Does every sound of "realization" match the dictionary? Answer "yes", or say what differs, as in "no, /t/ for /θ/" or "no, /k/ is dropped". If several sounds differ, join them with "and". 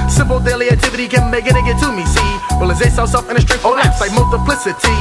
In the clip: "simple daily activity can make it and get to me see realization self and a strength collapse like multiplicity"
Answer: no, /w/ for /ɹ/ and /s/ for /ʃ/